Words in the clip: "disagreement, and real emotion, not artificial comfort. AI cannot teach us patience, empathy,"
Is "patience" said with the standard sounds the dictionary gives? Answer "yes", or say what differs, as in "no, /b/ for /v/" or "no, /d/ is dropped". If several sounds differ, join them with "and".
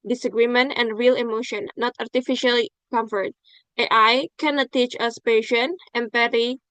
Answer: no, /s/ is dropped